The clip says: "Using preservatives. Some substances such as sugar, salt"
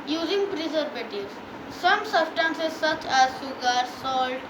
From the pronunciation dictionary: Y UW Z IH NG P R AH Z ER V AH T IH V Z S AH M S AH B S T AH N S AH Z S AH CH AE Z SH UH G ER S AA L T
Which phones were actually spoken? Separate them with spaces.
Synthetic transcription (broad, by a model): Y UW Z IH NG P R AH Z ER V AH T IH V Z S AH M S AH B S T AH N S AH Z S AH CH AE Z S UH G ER S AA L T